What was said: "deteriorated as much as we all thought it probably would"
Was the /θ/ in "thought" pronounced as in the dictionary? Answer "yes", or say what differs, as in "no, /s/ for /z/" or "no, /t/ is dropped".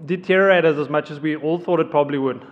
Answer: yes